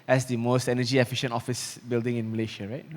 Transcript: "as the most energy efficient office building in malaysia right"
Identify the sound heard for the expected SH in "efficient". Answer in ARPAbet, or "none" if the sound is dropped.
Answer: SH